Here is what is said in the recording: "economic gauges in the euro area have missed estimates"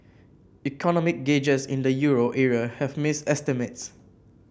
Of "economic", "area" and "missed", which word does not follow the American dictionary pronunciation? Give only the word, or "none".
missed